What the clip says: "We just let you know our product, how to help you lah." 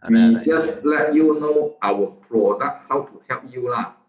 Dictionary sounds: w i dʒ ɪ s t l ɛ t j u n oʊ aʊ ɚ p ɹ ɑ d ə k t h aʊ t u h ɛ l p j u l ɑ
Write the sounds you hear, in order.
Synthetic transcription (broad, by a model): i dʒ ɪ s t l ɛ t j u n oʊ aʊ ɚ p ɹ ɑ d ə t h aʊ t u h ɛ p j u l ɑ